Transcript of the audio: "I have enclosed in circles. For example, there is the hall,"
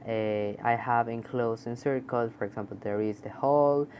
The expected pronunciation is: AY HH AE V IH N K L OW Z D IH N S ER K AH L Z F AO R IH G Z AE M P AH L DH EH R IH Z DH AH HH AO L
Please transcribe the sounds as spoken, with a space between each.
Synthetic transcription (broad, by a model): AY HH AE V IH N K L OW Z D IH N S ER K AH Z F AO R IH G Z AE M P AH L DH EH R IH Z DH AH HH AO L